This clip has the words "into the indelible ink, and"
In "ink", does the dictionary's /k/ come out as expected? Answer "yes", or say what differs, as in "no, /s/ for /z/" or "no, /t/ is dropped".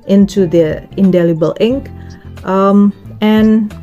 yes